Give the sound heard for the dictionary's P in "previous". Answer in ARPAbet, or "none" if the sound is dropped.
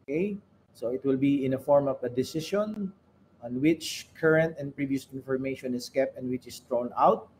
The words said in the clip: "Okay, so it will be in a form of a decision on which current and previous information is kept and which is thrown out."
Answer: P